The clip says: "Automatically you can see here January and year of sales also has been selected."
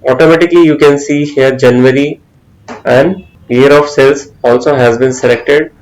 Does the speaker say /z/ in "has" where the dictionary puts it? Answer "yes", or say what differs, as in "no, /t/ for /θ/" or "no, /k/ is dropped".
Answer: yes